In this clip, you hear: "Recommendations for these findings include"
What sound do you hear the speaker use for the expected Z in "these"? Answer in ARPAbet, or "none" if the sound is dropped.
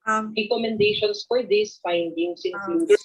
S